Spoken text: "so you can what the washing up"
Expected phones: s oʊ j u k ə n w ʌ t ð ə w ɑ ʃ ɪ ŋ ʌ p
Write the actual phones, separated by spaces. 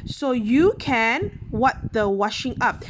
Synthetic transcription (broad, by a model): s oʊ j u k ə n w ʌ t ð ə w ɑ ʃ ɪ ŋ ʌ p